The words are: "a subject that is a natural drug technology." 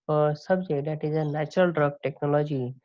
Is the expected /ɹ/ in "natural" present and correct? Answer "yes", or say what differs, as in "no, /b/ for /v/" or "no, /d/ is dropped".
yes